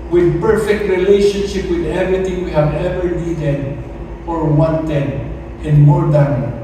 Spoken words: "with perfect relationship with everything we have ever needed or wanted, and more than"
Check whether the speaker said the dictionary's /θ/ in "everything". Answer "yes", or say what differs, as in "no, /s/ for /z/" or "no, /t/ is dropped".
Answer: no, /t/ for /θ/